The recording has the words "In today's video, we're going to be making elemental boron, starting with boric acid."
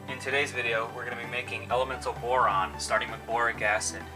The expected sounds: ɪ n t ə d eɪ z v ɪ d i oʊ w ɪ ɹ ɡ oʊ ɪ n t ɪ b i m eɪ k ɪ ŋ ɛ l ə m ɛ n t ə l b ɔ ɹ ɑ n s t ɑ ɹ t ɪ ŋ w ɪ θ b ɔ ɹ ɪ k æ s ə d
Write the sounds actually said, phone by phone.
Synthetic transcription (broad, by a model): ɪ n t ə d eɪ z v ɪ d i oʊ w ɪ ɹ ɡ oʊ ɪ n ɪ b i m eɪ k ɪ ŋ ɛ l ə m ɛ n t l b ɔ ɹ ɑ n s t ɑ ɹ t ɪ ŋ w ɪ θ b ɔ ɹ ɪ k æ s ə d